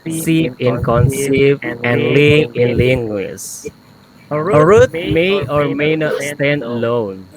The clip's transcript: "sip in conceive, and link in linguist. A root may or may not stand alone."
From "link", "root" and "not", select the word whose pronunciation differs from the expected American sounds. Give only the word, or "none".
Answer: link